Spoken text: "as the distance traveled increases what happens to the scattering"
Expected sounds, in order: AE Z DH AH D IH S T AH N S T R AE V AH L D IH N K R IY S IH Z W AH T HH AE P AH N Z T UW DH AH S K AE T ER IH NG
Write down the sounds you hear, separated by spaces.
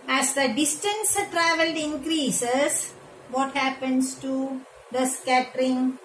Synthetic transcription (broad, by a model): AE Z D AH D IH S T AH N S T R AE V AH L D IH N K R IY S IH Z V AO T HH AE P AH N S T UW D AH S K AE T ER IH NG